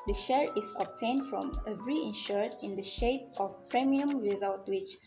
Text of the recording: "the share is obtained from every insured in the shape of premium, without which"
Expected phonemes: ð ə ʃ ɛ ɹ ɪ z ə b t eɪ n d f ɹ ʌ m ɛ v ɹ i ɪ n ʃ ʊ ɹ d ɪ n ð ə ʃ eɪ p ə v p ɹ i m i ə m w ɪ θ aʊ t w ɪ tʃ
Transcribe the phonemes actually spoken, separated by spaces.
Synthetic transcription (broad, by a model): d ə ʃ ɛ ɹ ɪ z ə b t eɪ n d f ɹ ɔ m ɛ v ɹ i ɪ n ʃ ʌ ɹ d ɪ n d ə ʃ eɪ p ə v p ɹ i m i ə m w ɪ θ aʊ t w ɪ tʃ